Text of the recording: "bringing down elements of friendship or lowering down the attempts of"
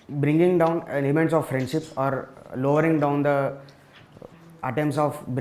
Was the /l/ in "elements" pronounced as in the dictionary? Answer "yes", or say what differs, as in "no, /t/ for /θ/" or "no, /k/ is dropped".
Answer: no, /n/ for /l/